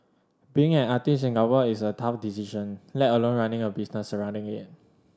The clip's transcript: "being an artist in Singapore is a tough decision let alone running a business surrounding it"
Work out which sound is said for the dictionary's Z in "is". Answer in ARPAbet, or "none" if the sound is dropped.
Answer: S